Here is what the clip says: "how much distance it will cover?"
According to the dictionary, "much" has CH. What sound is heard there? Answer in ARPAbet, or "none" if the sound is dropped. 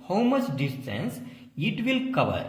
S